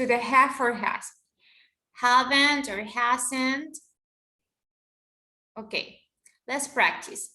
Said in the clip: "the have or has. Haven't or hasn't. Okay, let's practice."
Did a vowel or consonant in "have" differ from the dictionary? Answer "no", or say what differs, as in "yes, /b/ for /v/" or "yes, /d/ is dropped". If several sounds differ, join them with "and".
yes, /f/ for /v/